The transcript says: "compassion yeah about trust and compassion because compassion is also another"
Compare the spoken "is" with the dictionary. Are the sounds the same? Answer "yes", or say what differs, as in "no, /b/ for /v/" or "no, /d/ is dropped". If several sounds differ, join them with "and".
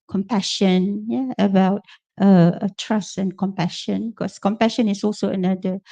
no, /s/ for /z/